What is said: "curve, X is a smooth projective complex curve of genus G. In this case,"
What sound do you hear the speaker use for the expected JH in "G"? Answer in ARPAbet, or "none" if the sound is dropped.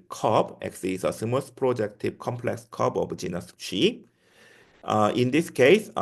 CH